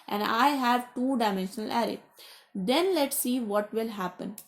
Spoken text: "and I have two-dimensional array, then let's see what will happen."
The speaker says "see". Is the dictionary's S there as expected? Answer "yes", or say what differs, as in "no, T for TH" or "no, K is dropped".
yes